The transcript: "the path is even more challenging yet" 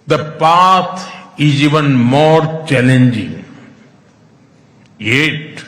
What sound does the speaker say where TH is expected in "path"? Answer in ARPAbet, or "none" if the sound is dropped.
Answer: T